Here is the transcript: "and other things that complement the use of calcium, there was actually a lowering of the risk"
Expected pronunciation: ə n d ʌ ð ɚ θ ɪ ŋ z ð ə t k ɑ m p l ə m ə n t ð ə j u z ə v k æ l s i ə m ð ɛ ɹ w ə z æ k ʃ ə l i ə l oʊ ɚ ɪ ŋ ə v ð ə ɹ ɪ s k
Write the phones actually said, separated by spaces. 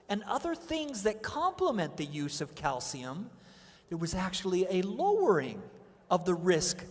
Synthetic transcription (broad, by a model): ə n ʌ ð ɚ θ ɪ ŋ z ð ə t k ɑ m p l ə m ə n ð ə j u z ə v k æ l s i ə m ð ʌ ɹ w ə z æ k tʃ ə l i ə l oʊ ɚ ɪ ŋ ə v ð ə ɹ ɪ s k